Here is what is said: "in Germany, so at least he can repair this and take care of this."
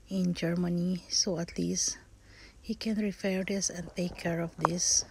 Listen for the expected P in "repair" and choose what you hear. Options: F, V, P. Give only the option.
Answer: F